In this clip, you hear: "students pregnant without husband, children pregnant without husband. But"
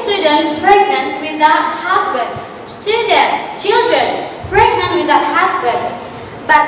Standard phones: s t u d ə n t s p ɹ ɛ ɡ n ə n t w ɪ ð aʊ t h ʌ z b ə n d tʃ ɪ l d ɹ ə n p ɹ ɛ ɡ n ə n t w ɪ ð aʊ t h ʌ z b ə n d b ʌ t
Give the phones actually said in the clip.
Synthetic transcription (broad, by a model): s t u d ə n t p ɹ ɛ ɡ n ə n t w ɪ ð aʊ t h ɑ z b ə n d tʃ ɪ l d ɹ ə n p ɹ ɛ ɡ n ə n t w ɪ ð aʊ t h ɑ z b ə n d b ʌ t